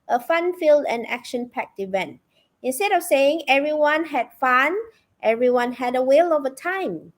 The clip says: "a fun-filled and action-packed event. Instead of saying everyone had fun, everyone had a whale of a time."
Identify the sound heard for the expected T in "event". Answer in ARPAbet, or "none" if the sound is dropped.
T